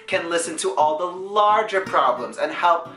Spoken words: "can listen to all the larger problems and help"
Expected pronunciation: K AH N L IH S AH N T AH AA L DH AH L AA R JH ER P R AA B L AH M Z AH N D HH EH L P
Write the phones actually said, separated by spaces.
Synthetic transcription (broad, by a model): K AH N L IH S AH N T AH AA L DH AH L AA R JH ER P R AA B L AH M Z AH N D HH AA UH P